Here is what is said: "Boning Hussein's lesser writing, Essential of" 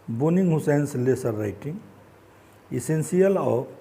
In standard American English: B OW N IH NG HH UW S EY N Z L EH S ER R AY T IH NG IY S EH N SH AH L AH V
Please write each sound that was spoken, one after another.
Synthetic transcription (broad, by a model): B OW N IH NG HH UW S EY N S L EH S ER R AY T IH NG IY S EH N S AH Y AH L